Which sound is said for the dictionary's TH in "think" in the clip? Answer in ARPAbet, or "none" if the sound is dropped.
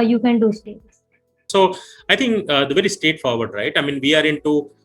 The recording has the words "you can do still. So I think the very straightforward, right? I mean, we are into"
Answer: T